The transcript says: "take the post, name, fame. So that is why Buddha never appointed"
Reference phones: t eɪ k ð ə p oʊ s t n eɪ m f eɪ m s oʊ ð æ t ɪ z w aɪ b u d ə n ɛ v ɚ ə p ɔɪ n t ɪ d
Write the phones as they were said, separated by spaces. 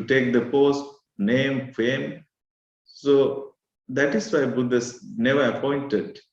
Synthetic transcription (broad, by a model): t eɪ k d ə p oʊ s t n eɪ m f eɪ m s oʊ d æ t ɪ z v aɪ b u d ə n ɛ v ɚ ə p ɔɪ n t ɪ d